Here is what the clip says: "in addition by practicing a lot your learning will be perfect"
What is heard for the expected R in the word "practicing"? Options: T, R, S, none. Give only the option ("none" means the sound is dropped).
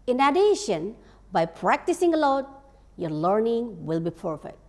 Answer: R